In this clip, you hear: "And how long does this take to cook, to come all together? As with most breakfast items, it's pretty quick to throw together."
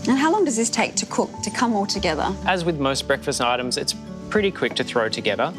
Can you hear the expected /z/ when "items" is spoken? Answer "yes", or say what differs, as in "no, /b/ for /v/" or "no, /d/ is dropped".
yes